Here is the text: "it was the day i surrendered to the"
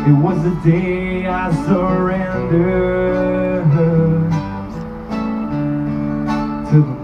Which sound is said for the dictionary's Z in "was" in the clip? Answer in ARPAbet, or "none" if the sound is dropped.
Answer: Z